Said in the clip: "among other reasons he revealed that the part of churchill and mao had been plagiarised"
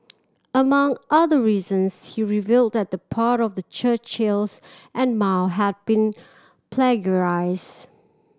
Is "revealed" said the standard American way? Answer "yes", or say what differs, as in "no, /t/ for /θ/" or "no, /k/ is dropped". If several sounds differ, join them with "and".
yes